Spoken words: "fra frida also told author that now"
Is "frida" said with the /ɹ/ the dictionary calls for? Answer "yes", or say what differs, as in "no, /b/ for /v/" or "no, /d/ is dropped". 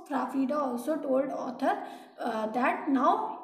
no, /ɹ/ is dropped